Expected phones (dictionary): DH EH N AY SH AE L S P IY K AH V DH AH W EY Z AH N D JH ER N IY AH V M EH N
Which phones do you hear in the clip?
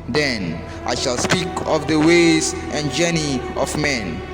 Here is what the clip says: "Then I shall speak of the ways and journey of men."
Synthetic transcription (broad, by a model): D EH N AY SH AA L S P IY K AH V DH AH W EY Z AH N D JH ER N IY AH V M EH N